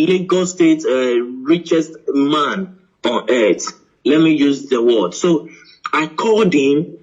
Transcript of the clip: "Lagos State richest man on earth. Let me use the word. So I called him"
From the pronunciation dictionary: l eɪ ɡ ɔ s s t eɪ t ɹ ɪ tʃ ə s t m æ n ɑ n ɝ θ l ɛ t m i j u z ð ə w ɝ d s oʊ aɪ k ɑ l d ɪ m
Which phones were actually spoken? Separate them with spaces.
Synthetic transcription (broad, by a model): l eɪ ɡ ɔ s s t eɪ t ɹ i tʃ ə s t m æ n ɑ n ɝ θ l ɛ t m i j u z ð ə w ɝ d s oʊ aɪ k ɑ d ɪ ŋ